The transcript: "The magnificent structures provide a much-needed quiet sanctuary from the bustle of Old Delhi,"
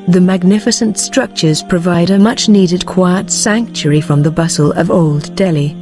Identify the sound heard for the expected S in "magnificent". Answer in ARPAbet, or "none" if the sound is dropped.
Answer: S